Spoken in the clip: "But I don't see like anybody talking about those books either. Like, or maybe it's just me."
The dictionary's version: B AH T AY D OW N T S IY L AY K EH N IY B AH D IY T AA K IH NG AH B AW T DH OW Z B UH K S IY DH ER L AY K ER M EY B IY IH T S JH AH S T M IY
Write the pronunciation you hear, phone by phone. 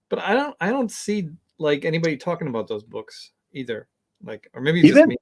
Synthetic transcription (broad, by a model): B AH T AY D OW N T S IY L AY K EH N IY B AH D IY T AA K IH NG AH B AW T DH OW Z B UH K S IY DH ER L AY K ER M EY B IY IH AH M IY